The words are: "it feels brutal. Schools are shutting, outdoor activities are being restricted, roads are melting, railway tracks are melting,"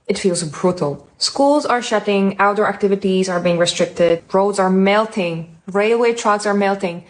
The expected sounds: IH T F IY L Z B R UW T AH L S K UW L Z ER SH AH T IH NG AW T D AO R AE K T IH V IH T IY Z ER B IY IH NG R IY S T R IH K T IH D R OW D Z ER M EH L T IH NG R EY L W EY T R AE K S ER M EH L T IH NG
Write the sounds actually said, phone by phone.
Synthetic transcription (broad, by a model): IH T F IY L Z B R UW T AH L S K UW L Z ER SH AH T IH NG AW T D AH R AE K T IH V IH T IY Z ER B IY IH NG R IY S T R IH K T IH D R OW D Z ER M EH L T IH NG R EY L W EY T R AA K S ER M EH L T IH NG